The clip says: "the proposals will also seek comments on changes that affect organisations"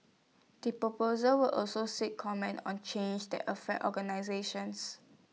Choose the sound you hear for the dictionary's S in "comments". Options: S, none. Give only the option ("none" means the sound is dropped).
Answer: none